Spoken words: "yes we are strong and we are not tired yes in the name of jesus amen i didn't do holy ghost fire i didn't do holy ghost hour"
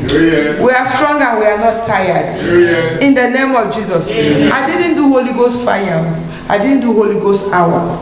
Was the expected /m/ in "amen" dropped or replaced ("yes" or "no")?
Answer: yes